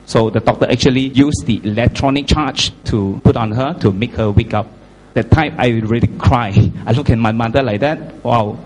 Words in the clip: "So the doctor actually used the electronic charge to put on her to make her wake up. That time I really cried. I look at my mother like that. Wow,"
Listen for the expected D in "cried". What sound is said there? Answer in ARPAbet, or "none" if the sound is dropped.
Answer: none